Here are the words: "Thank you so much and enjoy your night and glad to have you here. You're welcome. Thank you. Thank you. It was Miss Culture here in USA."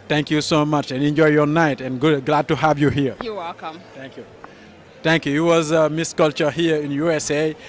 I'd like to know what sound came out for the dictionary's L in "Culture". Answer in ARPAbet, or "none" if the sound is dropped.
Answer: L